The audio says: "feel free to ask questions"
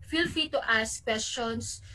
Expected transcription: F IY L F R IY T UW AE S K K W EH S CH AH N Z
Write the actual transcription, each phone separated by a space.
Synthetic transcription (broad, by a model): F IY L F IY T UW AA S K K W EH S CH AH N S